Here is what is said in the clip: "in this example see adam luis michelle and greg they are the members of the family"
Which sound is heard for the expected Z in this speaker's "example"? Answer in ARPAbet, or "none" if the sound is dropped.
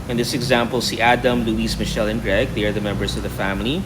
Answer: Z